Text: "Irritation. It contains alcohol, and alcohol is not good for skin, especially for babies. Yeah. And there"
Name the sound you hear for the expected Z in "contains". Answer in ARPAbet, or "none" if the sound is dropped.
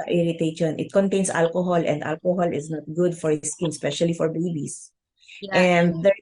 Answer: S